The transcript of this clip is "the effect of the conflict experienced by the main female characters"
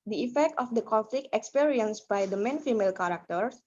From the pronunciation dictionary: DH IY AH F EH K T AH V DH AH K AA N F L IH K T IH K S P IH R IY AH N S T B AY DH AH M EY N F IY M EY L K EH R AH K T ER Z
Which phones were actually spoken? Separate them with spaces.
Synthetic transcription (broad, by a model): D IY AH F EH K T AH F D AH K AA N F L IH K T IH K S P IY R IY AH N S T B AY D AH M EY N F IY M EY L K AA R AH K T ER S